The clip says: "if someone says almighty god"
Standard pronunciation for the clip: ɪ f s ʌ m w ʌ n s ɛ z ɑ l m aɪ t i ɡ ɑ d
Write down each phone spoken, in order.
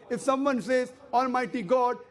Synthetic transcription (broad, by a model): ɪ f s ʌ m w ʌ n s ɛ z ɑ l m aɪ t i ɡ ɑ d